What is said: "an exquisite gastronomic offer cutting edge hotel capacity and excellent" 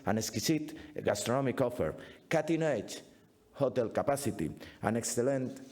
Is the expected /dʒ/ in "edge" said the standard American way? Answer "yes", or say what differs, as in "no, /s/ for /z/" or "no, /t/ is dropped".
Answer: no, /tʃ/ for /dʒ/